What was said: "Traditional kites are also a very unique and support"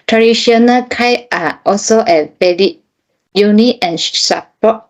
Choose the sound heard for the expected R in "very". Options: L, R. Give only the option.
L